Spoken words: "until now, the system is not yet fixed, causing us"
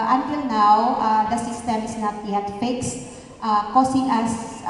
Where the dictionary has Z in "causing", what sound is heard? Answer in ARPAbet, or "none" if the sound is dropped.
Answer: S